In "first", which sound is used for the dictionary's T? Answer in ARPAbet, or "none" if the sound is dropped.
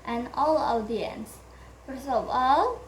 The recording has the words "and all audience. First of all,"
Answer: none